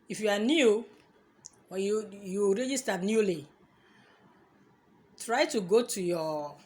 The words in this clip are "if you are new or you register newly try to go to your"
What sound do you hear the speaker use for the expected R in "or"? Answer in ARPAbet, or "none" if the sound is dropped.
W